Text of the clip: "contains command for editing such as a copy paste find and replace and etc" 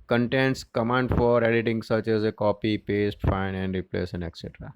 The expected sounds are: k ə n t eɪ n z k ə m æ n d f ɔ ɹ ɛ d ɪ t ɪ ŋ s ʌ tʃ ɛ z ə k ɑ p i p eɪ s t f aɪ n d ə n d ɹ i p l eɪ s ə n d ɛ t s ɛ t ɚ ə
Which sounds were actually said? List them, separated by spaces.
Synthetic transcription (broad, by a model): k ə n t eɪ n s k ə m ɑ n d f ɔ ɹ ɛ d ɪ t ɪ ŋ s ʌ tʃ ɛ z ə k ɑ p i p eɪ s t f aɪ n ə n d ɹ i p l eɪ s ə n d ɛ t s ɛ t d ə